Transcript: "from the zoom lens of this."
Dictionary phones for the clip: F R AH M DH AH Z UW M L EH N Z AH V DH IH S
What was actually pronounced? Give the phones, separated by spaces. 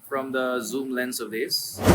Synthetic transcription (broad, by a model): F R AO M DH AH Z UW M L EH N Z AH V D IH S